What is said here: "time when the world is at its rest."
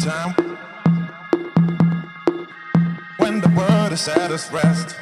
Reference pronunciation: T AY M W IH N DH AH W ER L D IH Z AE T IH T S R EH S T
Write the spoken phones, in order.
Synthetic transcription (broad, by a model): T AY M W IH N DH AH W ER D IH S AE T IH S R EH S T